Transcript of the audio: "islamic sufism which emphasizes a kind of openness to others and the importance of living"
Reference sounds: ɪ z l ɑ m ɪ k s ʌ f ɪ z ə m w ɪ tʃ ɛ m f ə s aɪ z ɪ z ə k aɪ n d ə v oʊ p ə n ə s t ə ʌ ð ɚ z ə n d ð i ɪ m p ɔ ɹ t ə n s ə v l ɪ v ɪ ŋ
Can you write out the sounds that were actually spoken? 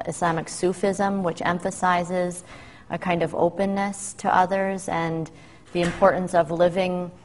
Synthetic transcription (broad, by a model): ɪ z l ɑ m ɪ k s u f ɪ z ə m w ɪ tʃ ɛ m f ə s aɪ z ɪ z ə k aɪ n d ə v oʊ p ə n ə s t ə ʌ ð ɚ z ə n ð i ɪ m p ɔ ɹ t n s ə v l ɪ v ɪ ŋ